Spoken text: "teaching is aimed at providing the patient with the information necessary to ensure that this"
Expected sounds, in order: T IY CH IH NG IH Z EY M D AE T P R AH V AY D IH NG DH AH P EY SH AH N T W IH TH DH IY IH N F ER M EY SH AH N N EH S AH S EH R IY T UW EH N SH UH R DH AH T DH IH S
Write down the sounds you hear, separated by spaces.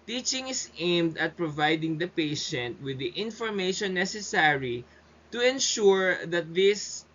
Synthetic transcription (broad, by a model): T IY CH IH NG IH S EY M D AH T P R AH V AY D IH NG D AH P EY SH AH N T W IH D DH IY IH N F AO M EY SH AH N N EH S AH S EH R IY T UW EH N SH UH R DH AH T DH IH S